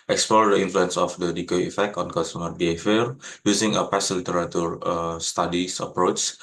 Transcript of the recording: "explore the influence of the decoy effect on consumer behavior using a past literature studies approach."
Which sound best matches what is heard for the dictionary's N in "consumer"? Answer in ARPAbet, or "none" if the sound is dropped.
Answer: none